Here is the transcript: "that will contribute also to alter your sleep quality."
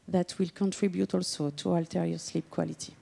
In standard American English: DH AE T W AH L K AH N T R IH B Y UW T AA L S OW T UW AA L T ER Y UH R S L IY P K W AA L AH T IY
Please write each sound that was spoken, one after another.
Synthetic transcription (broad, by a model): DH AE T W AH L K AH N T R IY B Y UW T AA L S OW T UW AA L T ER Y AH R S L IY P K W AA L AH T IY